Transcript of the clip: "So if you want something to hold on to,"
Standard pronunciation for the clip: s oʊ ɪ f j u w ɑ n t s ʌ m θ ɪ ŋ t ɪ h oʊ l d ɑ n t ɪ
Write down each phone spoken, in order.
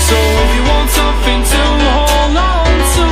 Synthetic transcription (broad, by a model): s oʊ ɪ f j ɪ w ɑ n t s ʌ m θ ɪ ŋ t ɪ h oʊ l ɑ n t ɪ